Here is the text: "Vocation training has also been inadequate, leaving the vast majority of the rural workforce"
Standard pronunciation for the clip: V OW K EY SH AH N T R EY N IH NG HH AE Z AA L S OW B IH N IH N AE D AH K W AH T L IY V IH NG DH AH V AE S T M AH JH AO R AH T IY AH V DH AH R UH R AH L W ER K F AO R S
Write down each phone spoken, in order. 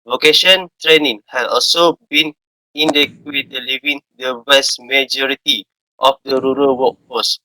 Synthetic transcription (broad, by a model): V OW K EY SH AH N T R EY N IH NG HH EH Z AA L S OW B IH N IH N D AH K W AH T L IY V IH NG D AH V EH S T M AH JH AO R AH T IY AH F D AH R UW R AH L W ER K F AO S